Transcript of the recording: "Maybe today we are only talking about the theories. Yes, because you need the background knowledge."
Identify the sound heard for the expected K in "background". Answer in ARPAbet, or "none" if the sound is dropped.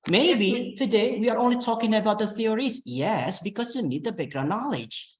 none